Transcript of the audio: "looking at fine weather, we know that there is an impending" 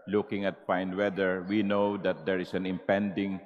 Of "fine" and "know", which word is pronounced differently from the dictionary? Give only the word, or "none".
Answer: fine